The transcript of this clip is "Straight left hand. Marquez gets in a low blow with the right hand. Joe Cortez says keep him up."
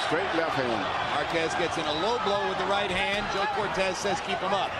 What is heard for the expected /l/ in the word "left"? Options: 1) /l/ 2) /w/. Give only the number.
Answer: 1